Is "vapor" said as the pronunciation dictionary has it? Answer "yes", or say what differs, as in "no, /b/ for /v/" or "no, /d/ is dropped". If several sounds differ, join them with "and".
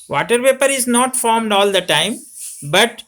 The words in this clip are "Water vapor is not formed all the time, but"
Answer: no, /p/ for /v/